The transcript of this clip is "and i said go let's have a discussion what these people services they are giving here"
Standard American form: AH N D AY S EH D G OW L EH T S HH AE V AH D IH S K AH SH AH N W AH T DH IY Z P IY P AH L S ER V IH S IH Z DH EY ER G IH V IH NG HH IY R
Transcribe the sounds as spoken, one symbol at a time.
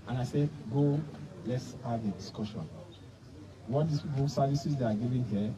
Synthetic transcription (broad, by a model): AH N AY S EH D G OW L EH T S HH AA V AH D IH S K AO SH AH N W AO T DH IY S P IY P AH S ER V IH S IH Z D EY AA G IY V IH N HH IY